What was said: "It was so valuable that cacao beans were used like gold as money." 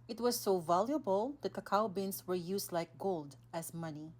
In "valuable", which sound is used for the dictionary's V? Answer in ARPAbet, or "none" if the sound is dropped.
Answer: V